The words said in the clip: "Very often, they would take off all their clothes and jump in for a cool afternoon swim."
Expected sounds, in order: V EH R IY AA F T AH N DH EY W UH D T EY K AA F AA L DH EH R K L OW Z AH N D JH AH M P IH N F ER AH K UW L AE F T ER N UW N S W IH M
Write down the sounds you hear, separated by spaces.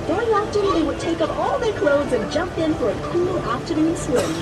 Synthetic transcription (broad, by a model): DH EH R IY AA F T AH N DH EY W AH D T EY K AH P AA L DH EH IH K L OW Z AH N JH AH M P IH N F ER AH K UW L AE P T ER N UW N S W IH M